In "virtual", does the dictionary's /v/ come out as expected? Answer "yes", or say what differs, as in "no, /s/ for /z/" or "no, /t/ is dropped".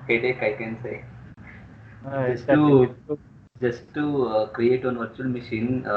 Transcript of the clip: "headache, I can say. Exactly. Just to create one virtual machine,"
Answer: yes